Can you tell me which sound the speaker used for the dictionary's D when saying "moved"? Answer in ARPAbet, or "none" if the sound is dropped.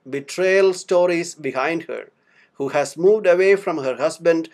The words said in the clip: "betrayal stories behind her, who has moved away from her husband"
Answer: D